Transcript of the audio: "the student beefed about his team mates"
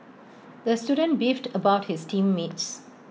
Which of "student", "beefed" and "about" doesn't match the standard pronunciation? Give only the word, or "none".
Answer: none